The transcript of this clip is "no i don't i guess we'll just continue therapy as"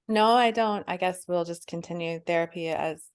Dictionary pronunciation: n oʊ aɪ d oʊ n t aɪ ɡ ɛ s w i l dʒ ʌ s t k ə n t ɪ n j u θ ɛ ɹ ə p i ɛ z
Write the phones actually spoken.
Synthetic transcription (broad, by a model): n oʊ aɪ d oʊ n t aɪ ɡ ɛ s w i l dʒ ʌ s k ə n t ɪ n j u θ ɛ ɹ ə p i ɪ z